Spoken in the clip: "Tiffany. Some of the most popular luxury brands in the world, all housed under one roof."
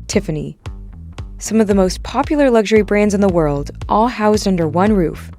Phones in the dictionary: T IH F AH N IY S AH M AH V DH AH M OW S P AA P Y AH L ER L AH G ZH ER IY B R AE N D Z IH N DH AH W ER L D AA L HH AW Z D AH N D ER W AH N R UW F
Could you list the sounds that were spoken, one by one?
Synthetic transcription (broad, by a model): T IH F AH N IY S AH M AH V DH AH M OW S P AA P Y L ER L AH G ZH ER IY B R AE N D Z IH N DH AH W ER L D AA L HH AW Z D AH N D ER W AH N R UW F